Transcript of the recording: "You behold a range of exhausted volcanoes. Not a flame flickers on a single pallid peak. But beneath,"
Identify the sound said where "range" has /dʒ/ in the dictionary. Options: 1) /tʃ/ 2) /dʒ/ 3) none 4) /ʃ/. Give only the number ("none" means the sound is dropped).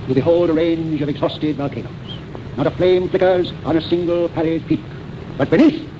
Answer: 2